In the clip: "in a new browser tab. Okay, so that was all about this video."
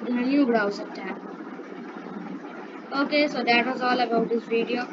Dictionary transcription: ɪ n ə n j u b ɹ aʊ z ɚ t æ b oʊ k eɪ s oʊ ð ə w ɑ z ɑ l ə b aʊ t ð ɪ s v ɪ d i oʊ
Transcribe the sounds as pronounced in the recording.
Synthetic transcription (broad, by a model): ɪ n ə n j u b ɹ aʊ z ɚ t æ oʊ k eɪ s oʊ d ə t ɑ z ɑ l ə b aʊ t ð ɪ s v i d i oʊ